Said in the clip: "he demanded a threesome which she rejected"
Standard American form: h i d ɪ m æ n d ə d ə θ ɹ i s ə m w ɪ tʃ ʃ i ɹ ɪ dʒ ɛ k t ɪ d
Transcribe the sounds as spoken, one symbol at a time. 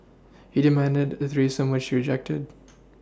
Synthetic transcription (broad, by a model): h i d ɪ m æ n d ə d ə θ ɹ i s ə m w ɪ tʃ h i ɹ ɪ dʒ ɛ k t ɪ d